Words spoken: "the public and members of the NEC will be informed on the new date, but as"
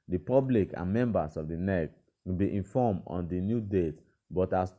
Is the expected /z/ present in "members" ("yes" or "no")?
no